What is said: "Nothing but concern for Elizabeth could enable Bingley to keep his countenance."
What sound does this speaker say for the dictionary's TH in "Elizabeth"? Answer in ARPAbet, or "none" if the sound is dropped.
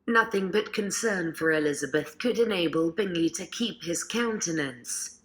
TH